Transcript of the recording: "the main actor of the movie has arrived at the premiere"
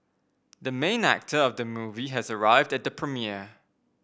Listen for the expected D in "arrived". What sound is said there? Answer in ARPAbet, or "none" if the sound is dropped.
D